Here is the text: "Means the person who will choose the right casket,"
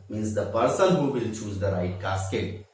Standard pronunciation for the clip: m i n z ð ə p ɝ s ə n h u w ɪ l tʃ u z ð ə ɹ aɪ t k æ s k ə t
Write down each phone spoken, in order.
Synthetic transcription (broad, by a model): m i n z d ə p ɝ s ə l h u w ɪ l tʃ u z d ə ɹ aɪ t k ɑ s k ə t